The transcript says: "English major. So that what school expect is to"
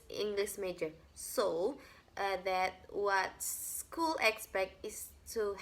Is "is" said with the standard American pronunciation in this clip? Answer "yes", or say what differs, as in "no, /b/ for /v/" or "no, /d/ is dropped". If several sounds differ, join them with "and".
no, /s/ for /z/